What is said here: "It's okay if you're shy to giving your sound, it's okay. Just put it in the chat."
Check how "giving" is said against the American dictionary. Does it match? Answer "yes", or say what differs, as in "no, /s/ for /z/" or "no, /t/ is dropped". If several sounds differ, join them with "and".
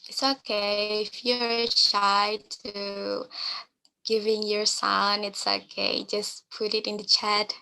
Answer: yes